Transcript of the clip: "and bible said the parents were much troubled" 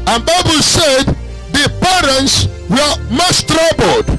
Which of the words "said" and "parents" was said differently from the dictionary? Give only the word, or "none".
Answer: none